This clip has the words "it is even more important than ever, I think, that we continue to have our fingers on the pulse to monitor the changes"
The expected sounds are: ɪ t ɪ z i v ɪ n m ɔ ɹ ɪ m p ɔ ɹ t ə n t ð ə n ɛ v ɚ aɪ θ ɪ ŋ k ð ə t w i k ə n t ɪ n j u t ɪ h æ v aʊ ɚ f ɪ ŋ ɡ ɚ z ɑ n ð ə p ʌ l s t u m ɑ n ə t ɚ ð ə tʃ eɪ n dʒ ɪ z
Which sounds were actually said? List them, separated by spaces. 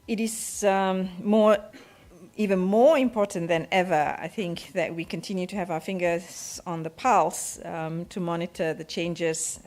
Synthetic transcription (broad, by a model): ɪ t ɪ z i v ɪ n m ɔ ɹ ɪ m p ɔ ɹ t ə n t ð ə n ɛ v ɚ aɪ θ ɪ ŋ k ð ə t w i k ə n t ɪ n j u t ɪ h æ v aʊ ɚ f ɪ ŋ ɡ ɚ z ɑ n ð ə p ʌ l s t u m ɑ n ə t ɚ ð ə tʃ eɪ n dʒ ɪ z